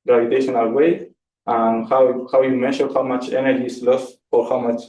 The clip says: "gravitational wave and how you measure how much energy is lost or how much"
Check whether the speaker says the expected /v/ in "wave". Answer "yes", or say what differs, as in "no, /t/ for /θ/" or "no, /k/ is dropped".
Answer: no, /v/ is dropped